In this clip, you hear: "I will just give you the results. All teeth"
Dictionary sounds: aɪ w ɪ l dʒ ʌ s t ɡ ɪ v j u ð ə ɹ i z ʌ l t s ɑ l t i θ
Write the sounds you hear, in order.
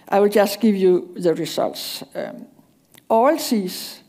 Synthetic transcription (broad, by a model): aɪ w ɪ l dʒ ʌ s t ɡ ɪ v j u ð ə ɹ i s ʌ l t s ɑ l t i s